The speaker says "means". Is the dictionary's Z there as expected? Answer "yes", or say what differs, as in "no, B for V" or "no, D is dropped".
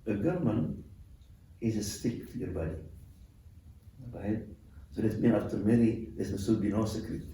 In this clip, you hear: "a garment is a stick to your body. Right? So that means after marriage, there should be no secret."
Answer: no, Z is dropped